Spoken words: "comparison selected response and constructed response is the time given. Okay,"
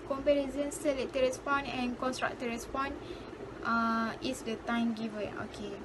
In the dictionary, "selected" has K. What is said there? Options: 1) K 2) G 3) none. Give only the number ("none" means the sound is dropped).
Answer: 3